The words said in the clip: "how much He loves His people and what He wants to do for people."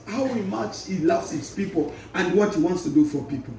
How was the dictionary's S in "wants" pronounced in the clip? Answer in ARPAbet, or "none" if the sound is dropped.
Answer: S